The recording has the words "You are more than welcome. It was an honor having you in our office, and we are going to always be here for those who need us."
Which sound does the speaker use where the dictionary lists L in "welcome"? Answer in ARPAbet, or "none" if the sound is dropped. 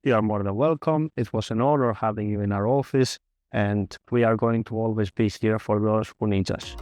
L